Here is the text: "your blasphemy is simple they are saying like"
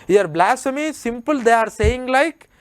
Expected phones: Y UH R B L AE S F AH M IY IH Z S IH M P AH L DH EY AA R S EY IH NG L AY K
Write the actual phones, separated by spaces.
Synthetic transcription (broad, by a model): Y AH R B L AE S AH M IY S IH M P AH L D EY AA R S EY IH NG L AY K